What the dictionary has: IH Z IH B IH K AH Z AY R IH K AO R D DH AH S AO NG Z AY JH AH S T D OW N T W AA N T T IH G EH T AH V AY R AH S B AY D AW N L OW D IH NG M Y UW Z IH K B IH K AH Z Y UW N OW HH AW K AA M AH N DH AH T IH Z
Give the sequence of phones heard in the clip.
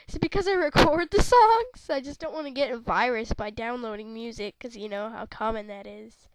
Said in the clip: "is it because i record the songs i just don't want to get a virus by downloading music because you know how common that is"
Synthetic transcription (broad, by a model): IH IH B IH K AH Z AY R IH K AO R D DH AH S AO NG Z AY JH AH S D OW N T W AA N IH G EH T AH V AY R AH S B AY D AW N L OW D IH NG M Y UW Z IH IH K AH Z Y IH N OW HH AW K AA M AH N DH AH T IH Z